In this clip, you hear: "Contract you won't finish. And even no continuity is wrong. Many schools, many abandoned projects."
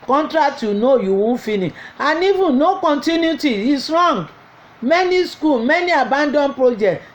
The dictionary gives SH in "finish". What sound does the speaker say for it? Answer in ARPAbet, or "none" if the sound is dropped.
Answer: none